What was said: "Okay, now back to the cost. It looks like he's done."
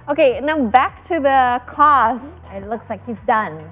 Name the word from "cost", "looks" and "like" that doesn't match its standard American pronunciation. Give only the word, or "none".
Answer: none